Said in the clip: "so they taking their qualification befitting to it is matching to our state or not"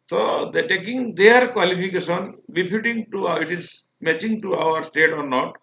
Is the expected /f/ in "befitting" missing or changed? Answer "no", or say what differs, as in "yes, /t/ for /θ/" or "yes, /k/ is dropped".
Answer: yes, /p/ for /f/